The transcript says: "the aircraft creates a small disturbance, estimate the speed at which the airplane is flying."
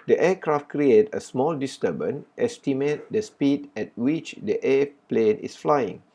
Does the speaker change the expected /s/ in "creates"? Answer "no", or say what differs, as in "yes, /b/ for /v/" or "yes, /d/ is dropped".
yes, /s/ is dropped